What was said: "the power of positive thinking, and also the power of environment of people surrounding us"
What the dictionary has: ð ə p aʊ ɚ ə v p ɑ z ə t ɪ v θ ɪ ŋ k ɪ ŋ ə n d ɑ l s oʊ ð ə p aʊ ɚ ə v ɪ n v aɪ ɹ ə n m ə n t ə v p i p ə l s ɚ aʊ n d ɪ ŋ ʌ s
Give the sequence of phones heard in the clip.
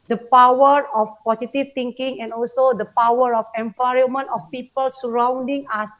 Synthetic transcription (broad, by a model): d ə p aʊ ɚ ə f p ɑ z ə t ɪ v t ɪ ŋ k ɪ ŋ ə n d ɑ l s oʊ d ə p aʊ ɚ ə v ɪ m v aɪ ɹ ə m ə n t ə f p i p ə l s ɚ aʊ n d ɪ ŋ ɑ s